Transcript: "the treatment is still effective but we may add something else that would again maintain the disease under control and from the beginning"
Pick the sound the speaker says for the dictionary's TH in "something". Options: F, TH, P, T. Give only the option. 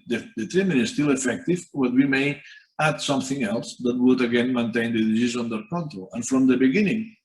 TH